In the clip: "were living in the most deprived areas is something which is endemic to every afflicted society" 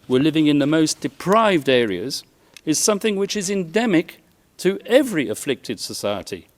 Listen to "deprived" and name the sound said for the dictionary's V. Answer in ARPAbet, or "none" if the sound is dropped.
V